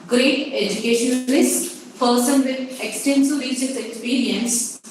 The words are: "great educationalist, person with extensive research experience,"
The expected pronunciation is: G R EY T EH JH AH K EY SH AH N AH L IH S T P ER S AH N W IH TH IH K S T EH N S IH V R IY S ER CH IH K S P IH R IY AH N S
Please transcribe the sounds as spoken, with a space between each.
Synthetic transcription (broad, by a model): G R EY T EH JH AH K EY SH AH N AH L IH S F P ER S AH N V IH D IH K S T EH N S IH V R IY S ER S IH K S P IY R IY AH N S